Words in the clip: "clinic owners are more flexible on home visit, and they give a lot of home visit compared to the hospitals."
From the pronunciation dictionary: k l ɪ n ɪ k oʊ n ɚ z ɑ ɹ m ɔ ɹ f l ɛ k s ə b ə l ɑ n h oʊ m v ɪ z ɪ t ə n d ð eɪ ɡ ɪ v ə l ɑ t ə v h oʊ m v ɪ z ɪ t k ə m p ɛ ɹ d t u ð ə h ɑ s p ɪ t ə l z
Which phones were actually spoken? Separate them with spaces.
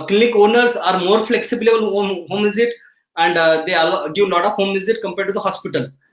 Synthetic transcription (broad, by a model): k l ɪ n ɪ k oʊ n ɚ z ɑ ɹ m ɔ ɹ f l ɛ k s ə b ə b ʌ l h oʊ m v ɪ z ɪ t ə n d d eɪ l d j ə l ɑ t ə v h oʊ m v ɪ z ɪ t k ə m p ɛ ɹ d t u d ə h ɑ s p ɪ t ə l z